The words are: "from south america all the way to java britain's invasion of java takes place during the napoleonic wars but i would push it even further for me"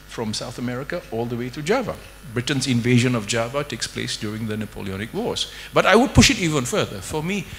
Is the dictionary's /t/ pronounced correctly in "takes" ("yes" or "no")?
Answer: yes